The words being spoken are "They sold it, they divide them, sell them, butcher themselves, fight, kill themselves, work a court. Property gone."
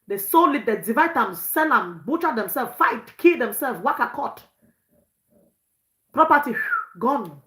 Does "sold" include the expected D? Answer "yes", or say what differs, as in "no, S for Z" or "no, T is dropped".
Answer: no, D is dropped